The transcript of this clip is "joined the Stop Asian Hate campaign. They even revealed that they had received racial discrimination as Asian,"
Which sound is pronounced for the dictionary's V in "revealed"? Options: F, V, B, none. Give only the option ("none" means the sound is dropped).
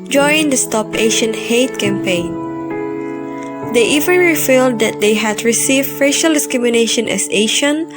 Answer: F